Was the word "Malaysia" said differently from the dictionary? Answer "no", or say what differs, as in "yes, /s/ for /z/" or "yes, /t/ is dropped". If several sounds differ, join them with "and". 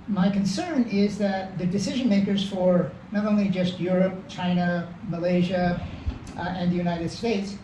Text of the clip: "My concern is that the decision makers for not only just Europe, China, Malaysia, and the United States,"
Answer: no